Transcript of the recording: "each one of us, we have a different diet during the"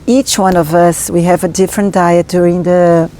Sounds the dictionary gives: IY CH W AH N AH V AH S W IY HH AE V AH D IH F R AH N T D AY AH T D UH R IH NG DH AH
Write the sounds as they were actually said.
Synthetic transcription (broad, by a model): IY CH W AH N AH V AH S W IY HH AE V AH D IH F R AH N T D AY AH T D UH R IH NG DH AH